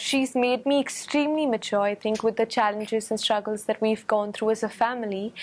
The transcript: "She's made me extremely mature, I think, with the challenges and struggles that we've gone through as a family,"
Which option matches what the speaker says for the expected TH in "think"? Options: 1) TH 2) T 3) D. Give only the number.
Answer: 1